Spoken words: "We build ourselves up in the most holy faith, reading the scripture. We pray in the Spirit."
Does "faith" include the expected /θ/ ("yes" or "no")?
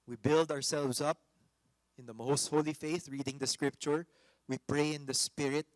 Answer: yes